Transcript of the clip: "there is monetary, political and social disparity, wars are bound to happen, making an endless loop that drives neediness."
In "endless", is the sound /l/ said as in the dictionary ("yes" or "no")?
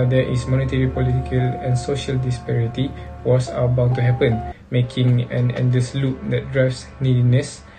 no